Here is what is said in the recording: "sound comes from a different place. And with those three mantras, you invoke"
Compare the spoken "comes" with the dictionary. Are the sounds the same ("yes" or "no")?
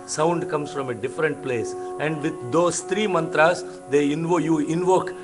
no